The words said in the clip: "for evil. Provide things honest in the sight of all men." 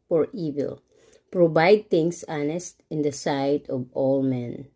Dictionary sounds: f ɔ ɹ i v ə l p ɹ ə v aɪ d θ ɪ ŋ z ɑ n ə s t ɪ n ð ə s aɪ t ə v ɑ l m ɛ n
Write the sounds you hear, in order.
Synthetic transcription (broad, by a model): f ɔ ɹ i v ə l p ɹ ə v aɪ d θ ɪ ŋ s ɑ n ə s t ɪ n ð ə s aɪ t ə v ɑ l m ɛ n